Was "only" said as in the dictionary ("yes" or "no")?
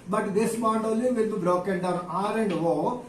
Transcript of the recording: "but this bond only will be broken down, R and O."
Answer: no